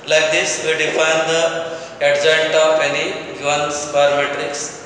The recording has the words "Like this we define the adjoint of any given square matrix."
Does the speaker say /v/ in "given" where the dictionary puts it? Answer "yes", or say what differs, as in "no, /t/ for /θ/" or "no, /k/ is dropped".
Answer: no, /v/ is dropped